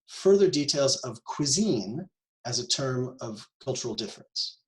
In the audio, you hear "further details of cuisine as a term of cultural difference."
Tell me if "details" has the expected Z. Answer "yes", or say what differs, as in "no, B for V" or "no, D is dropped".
yes